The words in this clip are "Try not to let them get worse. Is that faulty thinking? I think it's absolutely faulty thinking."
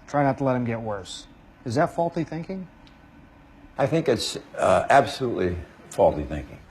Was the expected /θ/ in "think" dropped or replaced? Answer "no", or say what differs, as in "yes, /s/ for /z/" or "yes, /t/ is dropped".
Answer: no